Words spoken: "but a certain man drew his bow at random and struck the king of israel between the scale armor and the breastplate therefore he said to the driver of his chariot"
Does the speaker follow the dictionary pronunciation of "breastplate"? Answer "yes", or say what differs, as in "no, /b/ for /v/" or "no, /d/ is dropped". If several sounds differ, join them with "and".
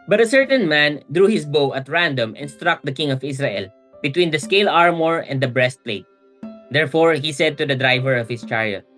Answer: yes